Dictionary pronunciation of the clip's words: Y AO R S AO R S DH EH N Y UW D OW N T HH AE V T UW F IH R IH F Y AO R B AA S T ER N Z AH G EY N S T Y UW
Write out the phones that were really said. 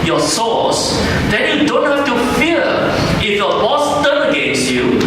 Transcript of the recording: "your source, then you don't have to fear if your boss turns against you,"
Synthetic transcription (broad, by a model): Y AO S AO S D EH N Y UW D OW N T HH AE F T UW F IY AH IH F Y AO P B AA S T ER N AH G EY N S T Y UW